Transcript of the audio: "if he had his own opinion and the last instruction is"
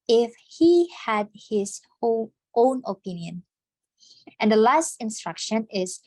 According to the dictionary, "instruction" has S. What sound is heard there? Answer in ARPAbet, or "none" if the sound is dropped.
S